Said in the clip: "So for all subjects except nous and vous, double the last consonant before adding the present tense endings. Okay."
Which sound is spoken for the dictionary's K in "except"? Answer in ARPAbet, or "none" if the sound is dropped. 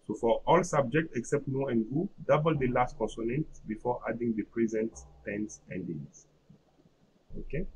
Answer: K